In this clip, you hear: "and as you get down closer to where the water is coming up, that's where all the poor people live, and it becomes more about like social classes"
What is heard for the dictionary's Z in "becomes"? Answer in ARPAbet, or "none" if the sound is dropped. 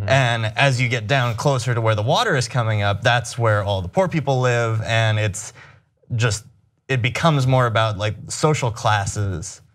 Z